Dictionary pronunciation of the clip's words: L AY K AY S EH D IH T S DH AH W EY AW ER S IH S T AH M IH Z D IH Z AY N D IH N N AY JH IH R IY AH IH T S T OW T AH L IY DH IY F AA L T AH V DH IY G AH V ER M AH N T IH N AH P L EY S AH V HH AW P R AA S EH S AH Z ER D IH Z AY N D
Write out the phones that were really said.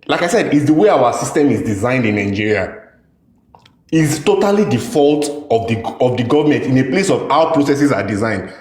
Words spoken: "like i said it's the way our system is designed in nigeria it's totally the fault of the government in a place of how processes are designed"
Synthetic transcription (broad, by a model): L AY K AY S EH D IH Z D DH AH W EY AW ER S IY S T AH M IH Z D IH Z AY N D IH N N AY JH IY R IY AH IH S T OW T AH L IY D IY F AA L T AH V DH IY G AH V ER M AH N T IH N AH P L EY S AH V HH AW P R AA S EH S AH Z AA D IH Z AY N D